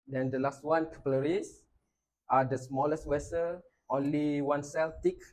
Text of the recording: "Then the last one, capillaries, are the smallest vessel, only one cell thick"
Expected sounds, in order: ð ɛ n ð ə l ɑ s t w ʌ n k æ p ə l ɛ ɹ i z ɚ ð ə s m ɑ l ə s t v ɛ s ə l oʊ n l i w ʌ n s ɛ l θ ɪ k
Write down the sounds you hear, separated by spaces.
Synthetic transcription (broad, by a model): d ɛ n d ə l ɑ s t w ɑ n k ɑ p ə l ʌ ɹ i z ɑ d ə s m ɑ l ə s t w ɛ s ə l oʊ n l i w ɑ n s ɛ l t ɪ k